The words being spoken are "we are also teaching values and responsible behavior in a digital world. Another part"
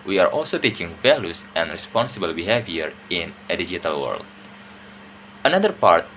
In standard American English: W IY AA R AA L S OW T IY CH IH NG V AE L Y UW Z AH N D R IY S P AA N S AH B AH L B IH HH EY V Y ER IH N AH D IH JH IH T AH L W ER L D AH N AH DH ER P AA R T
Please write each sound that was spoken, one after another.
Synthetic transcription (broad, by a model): W IY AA R AA L S OW T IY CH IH NG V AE L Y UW S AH N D R IY S P AA N S AH B AH L B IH HH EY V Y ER IH N AH D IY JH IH T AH L W ER L D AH N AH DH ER P AA R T